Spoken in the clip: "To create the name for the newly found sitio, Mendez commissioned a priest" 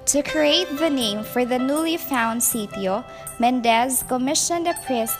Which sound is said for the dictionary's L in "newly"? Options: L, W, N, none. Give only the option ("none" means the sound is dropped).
L